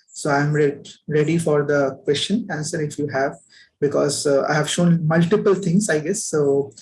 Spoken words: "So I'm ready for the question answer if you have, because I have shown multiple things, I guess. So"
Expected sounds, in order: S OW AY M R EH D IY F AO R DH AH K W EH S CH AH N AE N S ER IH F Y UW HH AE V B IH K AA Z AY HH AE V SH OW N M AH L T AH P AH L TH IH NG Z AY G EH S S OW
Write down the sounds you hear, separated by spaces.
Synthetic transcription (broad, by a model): S OW AY M R EH D IY F AO R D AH K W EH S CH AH N AE N S ER IH F Y UW HH AE V B IH K AA Z AY HH AE V SH OW N M AH L T AH P AH L T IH NG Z AY G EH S S OW